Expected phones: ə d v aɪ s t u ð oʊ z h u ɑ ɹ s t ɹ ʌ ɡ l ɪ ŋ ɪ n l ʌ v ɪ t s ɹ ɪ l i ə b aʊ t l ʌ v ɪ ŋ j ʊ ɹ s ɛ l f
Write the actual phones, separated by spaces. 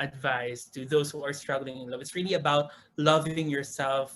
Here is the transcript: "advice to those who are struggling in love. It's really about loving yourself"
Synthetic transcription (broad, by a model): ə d v aɪ s t u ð oʊ s h u ɑ ɹ s t ɹ ʌ ɡ l ɪ ŋ ɪ n l ʌ v ɪ t s ɹ ɪ l i ə b aʊ t l ʌ v ɪ ŋ j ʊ ɹ s ɛ l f